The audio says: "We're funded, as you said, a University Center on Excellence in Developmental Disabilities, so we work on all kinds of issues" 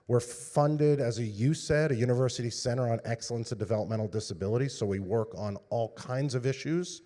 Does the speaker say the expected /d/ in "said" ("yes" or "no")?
yes